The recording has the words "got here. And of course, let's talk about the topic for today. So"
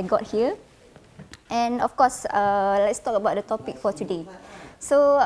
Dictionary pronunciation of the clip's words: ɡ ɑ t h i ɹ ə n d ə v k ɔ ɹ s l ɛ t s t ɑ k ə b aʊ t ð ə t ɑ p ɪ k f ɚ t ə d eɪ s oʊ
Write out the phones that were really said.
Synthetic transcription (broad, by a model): ɡ ɑ t h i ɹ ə n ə f k ɔ s l ɛ t s t ɑ k ə b aʊ t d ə t ɑ p ɪ k f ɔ t ə d eɪ s oʊ